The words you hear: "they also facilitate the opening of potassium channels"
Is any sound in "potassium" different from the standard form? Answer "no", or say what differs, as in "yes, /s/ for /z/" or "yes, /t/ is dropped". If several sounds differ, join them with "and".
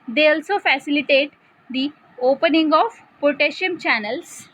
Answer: yes, /ʃ/ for /s/